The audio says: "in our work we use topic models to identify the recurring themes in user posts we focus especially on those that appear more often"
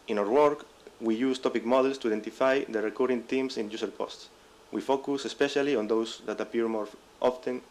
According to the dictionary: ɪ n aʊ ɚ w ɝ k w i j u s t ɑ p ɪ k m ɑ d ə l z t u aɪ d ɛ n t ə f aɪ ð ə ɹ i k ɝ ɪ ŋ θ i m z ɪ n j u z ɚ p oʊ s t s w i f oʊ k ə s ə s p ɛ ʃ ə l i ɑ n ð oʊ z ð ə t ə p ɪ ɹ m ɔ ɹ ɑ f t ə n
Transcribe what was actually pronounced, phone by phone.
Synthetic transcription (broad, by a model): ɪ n aʊ ɚ w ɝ k w i j u s t ɑ p ɪ k m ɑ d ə l s t u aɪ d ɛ n t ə f aɪ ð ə ɹ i k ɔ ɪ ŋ t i m s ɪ n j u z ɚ p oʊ s t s w i f oʊ k ə s ə s p ɛ ʃ ə l i ɑ n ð oʊ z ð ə t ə p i ɹ m ɔ ɹ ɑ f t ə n